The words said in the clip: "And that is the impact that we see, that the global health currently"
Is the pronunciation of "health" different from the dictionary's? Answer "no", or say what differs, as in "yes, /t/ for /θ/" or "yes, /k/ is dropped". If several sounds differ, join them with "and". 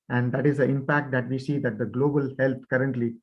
yes, /t/ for /θ/